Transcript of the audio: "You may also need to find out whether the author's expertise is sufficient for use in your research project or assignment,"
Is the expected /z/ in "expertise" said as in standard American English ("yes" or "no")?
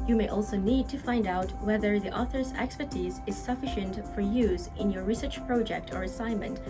yes